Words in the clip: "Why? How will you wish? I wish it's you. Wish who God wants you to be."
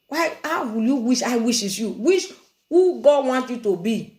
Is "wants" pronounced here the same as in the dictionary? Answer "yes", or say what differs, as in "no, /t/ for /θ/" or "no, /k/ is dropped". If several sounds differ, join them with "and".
no, /s/ is dropped